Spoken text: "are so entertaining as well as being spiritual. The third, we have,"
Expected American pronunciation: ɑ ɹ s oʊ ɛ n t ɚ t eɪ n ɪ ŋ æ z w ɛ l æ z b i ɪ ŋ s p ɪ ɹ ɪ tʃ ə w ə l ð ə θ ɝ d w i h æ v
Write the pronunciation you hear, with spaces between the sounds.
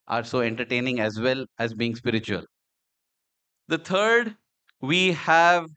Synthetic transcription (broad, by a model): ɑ ɹ s oʊ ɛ n t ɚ t eɪ n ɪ ŋ æ z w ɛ l æ z b i ɪ ŋ s p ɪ ɹ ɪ tʃ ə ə l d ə t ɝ d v i h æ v